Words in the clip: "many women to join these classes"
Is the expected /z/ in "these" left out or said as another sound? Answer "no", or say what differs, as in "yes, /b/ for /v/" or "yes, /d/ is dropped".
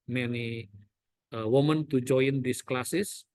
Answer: yes, /s/ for /z/